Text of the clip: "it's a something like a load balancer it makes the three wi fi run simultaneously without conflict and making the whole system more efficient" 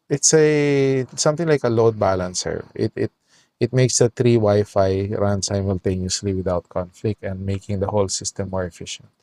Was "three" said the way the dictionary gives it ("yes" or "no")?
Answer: no